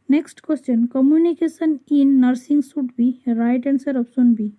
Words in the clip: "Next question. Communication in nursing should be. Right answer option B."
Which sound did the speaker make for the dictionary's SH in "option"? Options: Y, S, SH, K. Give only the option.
S